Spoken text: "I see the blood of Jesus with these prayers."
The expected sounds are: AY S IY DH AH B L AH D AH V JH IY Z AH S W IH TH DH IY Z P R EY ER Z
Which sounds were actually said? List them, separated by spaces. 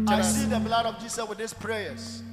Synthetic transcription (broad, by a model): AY S IY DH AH B L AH D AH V JH IY S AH S W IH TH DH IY S P R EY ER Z